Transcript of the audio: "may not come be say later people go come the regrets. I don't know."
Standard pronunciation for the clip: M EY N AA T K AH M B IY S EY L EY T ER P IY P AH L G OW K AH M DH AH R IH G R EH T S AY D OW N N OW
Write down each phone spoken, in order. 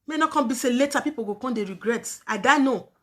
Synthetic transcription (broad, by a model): M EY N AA K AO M B IY S EY L EY T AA P IY P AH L G OW K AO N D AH R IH G R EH T AY D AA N N OW